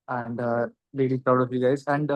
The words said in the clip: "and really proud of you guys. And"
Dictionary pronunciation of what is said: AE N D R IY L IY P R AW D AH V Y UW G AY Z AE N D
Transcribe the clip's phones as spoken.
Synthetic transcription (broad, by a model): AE N D L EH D IY P R AW D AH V Y UW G AY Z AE N D